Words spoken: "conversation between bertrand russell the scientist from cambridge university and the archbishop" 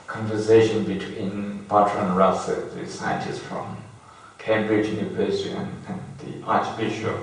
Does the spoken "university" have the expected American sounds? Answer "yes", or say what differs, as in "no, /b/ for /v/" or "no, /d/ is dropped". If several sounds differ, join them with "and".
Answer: no, /b/ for /v/